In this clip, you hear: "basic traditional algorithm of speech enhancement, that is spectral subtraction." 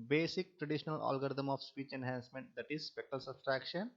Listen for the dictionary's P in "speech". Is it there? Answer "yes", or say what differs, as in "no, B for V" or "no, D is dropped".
yes